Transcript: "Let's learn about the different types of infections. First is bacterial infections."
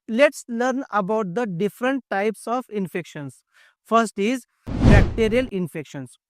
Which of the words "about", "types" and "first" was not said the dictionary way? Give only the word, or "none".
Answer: none